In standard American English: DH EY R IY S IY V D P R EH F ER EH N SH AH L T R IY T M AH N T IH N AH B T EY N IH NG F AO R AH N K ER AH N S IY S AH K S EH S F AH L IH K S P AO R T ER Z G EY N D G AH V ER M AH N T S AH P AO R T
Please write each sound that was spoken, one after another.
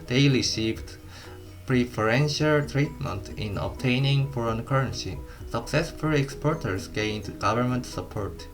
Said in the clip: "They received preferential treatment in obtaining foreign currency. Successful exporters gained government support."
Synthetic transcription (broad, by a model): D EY L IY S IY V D P R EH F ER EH N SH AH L T R IY T M AH N T IH N AH B T EY N IH NG F AO R AH N K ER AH N S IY S AH K S EH S F AH L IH K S P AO R T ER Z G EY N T G AH V ER M AH N T S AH P AO R T